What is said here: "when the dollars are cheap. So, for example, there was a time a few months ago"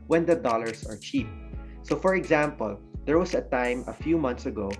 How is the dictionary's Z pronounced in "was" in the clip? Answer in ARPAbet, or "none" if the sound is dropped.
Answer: S